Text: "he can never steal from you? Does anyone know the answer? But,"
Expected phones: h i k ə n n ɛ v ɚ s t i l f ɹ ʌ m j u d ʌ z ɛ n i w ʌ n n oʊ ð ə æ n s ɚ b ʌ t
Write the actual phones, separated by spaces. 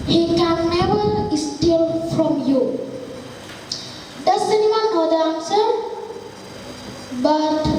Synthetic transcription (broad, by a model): h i k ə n n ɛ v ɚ s t i l f ɹ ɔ m j u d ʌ s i n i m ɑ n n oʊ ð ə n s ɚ b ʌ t